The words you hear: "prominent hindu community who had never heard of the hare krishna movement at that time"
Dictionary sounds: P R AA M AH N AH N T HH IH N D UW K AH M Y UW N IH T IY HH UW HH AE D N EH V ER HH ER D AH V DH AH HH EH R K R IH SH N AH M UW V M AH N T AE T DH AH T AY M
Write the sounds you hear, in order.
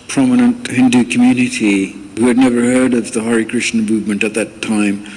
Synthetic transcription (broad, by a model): P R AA M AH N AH N T HH IH N D UW K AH M Y UW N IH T IY HH UW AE D N EH V ER HH ER D AH V DH AH HH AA R K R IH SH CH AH M UW V M AH N T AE T DH AH T AY M